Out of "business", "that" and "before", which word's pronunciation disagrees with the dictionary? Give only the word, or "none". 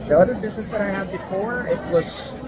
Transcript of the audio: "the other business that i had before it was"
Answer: none